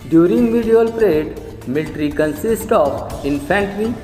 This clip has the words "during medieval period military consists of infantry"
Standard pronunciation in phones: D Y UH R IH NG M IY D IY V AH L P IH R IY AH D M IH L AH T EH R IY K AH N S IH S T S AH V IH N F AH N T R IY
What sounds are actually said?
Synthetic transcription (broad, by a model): D Y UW R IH NG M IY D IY AH L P R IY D M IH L T R IY K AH N S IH S T AH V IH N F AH N T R IY